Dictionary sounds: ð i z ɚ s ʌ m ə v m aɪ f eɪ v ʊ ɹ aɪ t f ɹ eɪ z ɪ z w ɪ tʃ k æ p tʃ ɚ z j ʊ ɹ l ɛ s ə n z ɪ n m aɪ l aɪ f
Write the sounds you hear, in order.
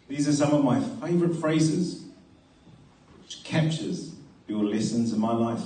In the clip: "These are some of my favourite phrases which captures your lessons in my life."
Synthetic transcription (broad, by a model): ð i z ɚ s ʌ m ə v m aɪ f eɪ v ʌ ɹ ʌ t f ɹ eɪ z ɪ z w ɪ tʃ k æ p tʃ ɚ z j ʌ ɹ l ɛ s ə n z ɪ n m aɪ l aɪ f